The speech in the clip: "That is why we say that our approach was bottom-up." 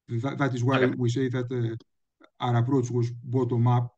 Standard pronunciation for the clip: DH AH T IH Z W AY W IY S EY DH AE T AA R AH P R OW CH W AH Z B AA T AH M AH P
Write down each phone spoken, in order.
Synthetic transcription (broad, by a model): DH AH T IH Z W AY W IY S EY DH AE T AA R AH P R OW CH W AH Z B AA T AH M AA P